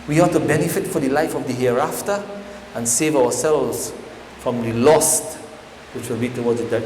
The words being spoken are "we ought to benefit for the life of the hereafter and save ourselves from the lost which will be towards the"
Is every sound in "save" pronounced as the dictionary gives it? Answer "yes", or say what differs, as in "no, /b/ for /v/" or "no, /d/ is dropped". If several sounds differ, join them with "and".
yes